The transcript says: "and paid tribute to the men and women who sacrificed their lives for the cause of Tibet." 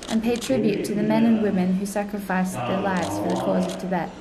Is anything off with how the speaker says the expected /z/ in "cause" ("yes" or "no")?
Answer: no